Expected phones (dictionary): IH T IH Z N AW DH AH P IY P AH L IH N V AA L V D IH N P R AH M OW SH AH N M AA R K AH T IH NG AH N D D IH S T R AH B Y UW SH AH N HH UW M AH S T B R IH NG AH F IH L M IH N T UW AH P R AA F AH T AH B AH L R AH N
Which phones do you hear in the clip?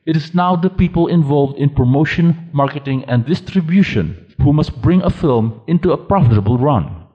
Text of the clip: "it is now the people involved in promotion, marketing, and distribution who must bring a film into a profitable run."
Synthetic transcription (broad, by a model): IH T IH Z N AW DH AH P IY P AH L IH N V AA L V D IH N P R AH M OW SH AH N M AA R K AH T IH NG AH N D D IH S T R AH B Y UW SH AH N HH UW M AH S T B R IH NG AH F IH L M IH N T UW AH P R AA F AH T AH B AH L R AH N